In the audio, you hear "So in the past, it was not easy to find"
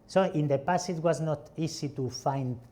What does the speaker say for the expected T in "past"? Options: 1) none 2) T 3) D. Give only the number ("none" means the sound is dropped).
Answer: 1